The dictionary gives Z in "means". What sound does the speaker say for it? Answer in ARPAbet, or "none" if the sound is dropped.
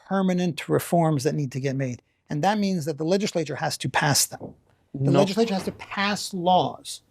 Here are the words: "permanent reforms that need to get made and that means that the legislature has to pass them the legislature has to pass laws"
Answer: Z